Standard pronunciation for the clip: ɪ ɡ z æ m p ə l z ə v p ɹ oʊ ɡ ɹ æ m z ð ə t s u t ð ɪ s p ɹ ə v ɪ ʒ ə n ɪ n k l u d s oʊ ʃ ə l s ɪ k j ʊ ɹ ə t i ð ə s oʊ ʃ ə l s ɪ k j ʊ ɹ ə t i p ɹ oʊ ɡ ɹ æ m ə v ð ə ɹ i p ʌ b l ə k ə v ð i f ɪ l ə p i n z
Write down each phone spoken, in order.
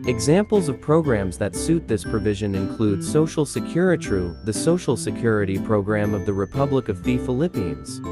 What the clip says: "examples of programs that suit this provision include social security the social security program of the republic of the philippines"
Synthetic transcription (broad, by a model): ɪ ɡ z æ m p l z ə v p ɹ oʊ ɡ ɹ æ m z ð ə t s u t ð ɪ s p ɹ ə v ɪ ʒ ə n ɪ n k l u d s oʊ ʃ l s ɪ k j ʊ ɹ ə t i ð ə s oʊ ʃ l s ɪ k j ʊ ɹ ə t i p ɹ oʊ ɡ ɹ æ m ə v ð ə ɹ i p ʌ b l ə k ə v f i f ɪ l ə p i n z